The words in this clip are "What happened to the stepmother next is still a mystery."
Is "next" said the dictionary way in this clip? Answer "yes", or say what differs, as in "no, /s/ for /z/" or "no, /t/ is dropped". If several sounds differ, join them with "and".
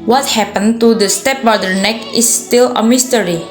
no, /s/ is dropped